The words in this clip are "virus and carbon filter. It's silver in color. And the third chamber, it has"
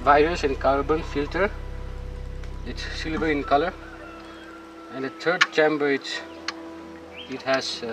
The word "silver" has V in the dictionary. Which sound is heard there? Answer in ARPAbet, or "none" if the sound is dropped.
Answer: B